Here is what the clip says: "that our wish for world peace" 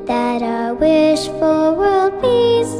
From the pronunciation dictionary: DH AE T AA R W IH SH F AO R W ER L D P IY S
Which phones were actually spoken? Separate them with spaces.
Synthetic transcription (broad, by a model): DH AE T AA W IH SH F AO L W ER L D P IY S